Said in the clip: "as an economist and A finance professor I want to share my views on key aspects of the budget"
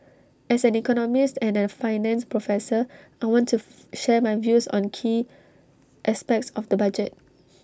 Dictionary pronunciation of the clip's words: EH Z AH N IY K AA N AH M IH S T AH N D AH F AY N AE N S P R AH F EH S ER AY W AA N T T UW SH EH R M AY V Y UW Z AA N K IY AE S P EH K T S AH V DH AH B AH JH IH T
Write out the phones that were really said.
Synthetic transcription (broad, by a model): EH S AH N IY K AA N AH M IH S T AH N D AH F AY N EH N S P R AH F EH S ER AY W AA N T T UW SH EH M AY V Y UW S AA N K IY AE S P EH K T S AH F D AH B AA JH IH T